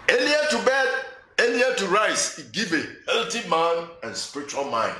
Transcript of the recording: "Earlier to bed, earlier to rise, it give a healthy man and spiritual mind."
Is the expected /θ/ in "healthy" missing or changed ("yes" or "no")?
yes